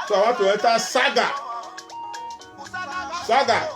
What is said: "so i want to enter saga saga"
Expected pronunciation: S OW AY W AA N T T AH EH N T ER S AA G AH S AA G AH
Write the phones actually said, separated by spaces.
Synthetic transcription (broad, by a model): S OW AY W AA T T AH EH T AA S AA G AH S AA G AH